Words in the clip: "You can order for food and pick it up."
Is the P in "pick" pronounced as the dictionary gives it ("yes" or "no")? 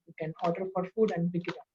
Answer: no